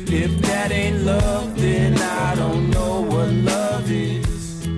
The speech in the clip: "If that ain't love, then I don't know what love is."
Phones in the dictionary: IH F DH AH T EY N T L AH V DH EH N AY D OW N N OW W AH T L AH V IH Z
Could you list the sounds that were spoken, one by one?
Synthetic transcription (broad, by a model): IH F DH AH T EY N T L AH V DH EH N AY D OW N N OW W AH T L AH V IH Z